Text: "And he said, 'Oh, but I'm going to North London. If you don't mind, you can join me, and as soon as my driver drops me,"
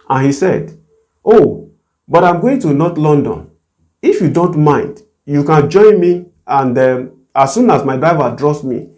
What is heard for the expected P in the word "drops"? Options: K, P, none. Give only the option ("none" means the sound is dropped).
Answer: none